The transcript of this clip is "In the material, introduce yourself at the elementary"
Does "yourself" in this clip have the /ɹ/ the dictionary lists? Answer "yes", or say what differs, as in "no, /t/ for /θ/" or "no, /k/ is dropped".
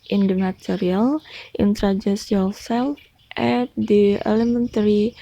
no, /l/ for /ɹ/